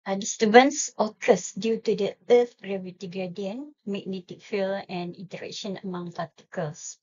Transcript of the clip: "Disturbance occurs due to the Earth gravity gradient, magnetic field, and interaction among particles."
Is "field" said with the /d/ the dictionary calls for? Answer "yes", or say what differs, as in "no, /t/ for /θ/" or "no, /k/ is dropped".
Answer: no, /d/ is dropped